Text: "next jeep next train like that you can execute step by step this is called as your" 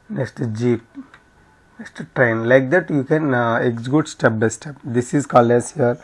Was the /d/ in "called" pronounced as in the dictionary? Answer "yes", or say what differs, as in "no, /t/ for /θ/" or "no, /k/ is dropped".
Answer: no, /d/ is dropped